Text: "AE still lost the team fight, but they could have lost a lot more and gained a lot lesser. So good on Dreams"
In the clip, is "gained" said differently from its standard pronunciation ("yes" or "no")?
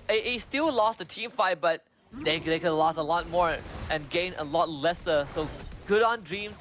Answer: yes